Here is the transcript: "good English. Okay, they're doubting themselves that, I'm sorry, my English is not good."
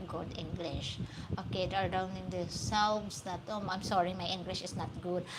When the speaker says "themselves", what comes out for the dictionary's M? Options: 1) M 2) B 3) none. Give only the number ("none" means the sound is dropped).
3